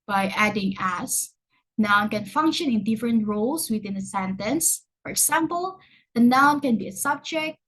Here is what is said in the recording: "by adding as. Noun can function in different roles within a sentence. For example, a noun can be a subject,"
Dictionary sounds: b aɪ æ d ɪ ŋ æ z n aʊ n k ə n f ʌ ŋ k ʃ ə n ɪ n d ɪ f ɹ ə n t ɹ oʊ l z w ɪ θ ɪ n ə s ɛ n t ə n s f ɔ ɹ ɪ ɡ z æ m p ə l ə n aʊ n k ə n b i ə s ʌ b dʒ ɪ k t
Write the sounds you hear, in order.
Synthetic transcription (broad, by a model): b aɪ æ d ɪ ŋ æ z n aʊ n k ə n f ʌ ŋ k ʃ ə n ɪ n d ɪ f ɹ ə n t ɹ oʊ l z w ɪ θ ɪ n ə s ɛ n t ə n s f ɔ ɹ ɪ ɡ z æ m p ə l ə n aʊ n k ə n b i ə s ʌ b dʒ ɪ k t